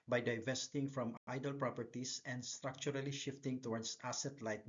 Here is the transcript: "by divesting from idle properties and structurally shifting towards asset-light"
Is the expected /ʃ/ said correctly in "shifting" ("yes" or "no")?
yes